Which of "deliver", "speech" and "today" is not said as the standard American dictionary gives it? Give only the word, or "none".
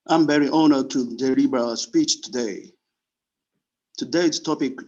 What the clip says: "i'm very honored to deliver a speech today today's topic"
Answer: deliver